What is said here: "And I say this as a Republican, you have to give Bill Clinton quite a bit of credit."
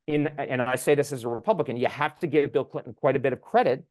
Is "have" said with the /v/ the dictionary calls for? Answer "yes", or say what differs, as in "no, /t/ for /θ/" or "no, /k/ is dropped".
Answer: no, /f/ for /v/